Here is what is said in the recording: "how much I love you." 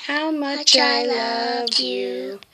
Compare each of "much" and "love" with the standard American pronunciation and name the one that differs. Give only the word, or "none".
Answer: none